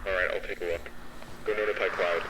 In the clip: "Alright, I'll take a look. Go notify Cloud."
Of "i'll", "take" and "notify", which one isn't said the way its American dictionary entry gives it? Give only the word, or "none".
notify